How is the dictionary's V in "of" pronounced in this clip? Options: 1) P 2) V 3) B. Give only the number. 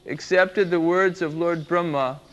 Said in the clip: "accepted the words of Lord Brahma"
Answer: 2